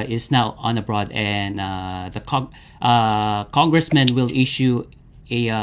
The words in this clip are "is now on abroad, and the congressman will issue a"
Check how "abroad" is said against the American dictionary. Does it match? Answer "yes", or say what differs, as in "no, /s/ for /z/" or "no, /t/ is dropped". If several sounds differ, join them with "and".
yes